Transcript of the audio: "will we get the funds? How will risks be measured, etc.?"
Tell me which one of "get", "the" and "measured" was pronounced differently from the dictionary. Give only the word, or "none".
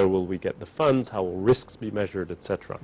none